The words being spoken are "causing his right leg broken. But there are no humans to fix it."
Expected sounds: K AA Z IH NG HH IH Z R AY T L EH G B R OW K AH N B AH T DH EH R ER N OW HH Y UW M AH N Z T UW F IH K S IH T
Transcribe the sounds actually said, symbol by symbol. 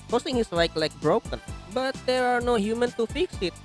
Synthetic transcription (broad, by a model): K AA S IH NG HH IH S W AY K L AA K B R OW K AH N B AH T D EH R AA N OW HH Y UW M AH N T UW F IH K S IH T